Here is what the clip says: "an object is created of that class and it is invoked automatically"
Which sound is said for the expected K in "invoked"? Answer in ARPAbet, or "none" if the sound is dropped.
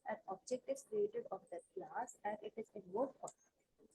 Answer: none